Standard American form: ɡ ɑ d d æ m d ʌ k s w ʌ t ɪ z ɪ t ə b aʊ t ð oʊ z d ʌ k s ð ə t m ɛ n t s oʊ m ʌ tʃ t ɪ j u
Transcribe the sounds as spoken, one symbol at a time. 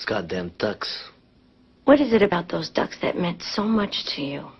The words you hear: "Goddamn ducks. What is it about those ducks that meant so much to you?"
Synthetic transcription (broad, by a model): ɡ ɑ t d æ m d ʌ k s w ʌ t ɪ z ɪ t ə b aʊ t ð oʊ z d ʌ k s ð ə t m ɛ n t s oʊ m ʌ tʃ t ɪ j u